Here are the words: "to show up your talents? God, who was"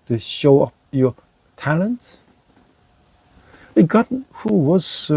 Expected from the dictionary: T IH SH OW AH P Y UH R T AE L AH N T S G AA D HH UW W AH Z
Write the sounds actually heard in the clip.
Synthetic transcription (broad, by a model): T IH SH OW AH P Y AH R T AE L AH N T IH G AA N HH UW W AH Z